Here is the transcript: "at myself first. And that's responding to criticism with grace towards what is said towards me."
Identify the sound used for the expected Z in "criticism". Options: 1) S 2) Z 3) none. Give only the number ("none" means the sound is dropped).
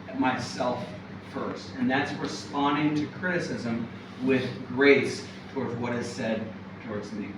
2